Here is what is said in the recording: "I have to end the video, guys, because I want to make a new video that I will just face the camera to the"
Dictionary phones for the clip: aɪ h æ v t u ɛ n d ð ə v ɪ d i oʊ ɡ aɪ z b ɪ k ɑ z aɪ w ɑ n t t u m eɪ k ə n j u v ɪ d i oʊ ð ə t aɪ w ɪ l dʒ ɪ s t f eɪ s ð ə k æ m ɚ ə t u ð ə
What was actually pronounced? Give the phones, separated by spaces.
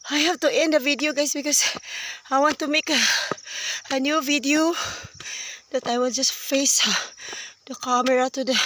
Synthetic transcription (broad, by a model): aɪ h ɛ f t u ɛ n d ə v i d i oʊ ɡ aɪ s b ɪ k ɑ s aɪ w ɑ n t t u m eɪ k ə n j u v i d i oʊ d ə t aɪ w ɪ l dʒ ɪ s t f eɪ s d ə k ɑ m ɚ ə t u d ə